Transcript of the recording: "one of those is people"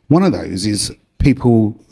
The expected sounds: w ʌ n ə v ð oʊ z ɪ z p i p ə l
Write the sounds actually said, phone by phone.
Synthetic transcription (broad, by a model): w ʌ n ə v ð oʊ z ɪ z p i p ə l